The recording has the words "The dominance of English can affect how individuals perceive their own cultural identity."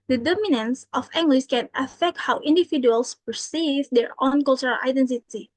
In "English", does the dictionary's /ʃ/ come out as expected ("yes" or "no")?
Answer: no